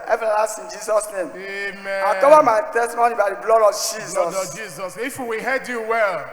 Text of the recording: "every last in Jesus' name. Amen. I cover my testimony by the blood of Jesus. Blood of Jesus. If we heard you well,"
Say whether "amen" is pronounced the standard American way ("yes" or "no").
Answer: no